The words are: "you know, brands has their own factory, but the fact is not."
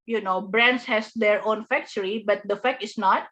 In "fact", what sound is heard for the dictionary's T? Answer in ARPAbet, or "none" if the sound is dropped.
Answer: none